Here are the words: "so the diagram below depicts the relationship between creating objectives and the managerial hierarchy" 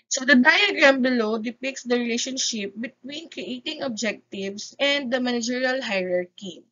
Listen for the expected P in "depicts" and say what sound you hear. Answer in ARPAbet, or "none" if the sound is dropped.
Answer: P